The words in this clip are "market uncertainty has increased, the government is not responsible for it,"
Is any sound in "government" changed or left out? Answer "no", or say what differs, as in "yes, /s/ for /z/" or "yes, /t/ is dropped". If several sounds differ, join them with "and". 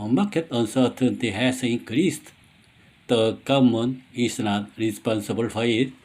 yes, /t/ is dropped